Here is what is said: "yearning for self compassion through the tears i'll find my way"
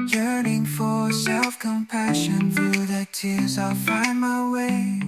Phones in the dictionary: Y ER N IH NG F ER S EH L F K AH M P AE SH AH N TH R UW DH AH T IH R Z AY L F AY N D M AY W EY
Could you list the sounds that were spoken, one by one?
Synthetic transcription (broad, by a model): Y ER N IH NG F ER S EH L F K AH M P AE SH AH N TH R UW DH AH T IH R Z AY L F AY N M AY W EY